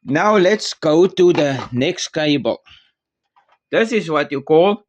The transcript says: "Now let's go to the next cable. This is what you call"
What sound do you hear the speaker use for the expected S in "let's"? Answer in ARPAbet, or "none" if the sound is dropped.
S